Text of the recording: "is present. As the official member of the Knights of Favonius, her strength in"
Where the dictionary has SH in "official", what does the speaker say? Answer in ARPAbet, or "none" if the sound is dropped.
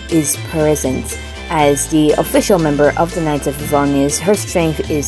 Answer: SH